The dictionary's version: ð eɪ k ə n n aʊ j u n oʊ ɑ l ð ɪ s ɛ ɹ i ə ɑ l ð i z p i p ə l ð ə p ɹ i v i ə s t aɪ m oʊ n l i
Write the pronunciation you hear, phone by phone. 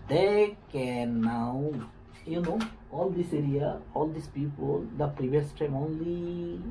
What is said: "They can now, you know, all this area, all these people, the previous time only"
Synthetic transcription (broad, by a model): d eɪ k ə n n aʊ j u n oʊ ɑ l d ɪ s ɛ ɹ i ə ɑ l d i s p i p ə l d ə p ɹ i v i ə s t aɪ m oʊ n l i